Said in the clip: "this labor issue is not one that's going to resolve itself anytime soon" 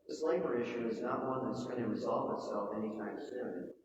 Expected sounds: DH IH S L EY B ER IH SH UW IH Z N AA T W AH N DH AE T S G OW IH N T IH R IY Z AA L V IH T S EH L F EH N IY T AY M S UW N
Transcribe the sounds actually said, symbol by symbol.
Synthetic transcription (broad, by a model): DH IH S L EY B ER IH SH UW IH Z N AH T W AH N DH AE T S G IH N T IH R IY Z AA L V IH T S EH L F EH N IY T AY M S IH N